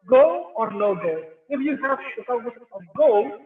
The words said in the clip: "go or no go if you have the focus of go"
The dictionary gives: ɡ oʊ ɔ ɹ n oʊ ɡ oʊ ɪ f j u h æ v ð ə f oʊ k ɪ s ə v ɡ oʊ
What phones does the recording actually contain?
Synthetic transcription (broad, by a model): ɡ oʊ ɔ ɹ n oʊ ɡ oʊ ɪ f j u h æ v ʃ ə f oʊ ɪ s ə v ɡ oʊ